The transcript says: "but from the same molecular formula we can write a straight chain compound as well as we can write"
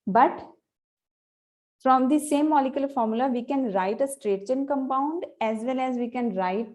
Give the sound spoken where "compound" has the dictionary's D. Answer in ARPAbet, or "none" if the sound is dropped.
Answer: D